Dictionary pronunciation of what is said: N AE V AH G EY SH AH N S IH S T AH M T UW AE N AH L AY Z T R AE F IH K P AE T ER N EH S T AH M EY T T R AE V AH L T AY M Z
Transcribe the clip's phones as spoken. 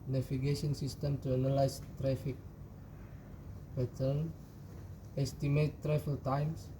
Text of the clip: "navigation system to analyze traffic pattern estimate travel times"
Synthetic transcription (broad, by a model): N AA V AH G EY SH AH N S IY S T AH M T UW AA N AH L AY S T R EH F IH K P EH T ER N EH S T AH M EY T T R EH F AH L T AY M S